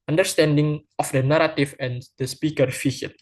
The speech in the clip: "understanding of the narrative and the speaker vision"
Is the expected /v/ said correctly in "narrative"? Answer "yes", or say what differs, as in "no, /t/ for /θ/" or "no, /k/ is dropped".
no, /f/ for /v/